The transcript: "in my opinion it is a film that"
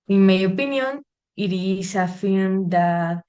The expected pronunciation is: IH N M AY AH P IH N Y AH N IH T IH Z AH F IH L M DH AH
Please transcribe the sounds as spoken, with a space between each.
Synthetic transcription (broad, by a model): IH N M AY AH P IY N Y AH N IH T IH S AH F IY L M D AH